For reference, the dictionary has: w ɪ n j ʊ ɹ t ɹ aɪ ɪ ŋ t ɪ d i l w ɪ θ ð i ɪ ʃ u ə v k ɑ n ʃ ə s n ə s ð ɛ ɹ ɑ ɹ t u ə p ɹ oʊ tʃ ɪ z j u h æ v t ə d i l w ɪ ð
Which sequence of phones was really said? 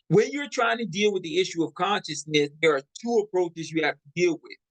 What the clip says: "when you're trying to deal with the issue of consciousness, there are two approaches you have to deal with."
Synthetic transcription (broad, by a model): w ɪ n j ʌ ɹ t ɹ aɪ ɪ ŋ t ɪ d i l w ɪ ð i ɪ ʃ u ə v k ɑ n ʃ ə s n ə s ð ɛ ɹ ɹ t u ə p ɹ oʊ tʃ ɪ z j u h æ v t ə d i l w ɪ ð